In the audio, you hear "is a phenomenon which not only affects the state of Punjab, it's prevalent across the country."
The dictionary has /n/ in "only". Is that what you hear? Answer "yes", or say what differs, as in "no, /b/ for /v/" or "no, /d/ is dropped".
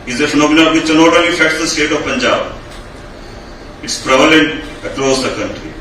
no, /n/ is dropped